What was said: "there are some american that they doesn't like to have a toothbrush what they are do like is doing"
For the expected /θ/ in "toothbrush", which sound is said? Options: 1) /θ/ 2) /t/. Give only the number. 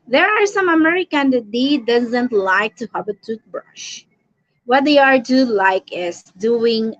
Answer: 2